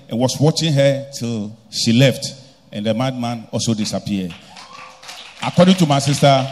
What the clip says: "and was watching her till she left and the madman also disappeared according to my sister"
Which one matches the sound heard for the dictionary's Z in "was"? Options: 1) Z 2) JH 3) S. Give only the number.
3